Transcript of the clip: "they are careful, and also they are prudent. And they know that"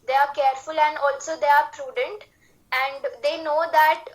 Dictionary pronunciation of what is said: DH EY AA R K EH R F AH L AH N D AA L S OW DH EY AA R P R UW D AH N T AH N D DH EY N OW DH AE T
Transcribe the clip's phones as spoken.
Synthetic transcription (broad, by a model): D EY AA R K EH R F AH L AH N D AA L S OW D EY AA R P R UW D AH N T AH N D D EY N OW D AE T